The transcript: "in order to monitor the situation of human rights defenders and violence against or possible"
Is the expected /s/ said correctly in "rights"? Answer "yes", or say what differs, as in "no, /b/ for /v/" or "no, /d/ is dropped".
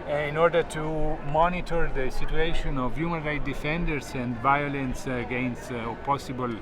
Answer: no, /s/ is dropped